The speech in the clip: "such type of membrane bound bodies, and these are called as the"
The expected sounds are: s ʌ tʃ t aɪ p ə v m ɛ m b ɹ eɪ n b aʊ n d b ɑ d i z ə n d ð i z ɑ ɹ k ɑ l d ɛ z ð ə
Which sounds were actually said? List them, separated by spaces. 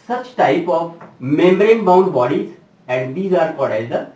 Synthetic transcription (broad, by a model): s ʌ tʃ t aɪ p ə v m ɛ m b ɹ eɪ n b aʊ n d b ɑ d i z ə n d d i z ɑ ɹ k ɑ d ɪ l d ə